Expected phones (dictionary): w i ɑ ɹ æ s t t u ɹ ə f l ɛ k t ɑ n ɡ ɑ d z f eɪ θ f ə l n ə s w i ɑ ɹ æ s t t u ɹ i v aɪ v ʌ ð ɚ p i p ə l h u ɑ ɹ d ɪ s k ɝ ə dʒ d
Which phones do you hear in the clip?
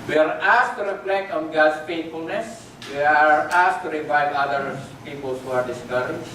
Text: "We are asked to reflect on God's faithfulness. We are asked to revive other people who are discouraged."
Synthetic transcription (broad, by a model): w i ɑ ɹ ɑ s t t u ɹ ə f l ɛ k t ɑ n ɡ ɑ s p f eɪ t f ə l n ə s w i ɑ ɹ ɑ s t t u ɹ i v aɪ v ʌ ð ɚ p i p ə l h u ɑ ɹ d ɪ s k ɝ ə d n